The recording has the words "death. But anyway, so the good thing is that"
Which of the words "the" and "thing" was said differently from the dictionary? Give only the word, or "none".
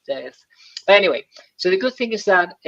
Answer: none